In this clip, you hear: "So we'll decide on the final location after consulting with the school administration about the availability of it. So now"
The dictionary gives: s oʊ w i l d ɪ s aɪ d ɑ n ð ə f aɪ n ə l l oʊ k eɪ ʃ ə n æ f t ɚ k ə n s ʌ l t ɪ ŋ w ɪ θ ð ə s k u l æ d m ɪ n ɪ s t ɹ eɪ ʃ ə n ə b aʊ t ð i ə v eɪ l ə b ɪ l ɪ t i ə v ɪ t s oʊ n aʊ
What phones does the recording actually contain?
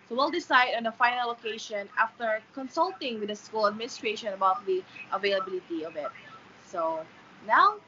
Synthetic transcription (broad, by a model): s oʊ w i l d ɪ s aɪ d ɑ n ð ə f aɪ n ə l l oʊ k eɪ ʃ ə n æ f t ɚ k ə n s ʌ l t ɪ ŋ w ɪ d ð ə s k u l æ d m ɪ n ɪ s t ɹ eɪ ʃ ə n ə b aʊ t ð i ə v eɪ l ə b ɪ l ɪ t i ə v ɪ t s oʊ n aʊ